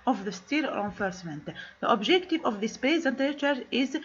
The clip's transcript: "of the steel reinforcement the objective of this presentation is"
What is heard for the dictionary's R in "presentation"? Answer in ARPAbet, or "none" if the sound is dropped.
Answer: none